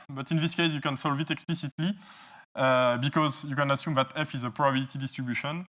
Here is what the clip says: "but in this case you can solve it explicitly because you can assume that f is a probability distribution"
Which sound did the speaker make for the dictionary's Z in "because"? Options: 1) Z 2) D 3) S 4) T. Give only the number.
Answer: 1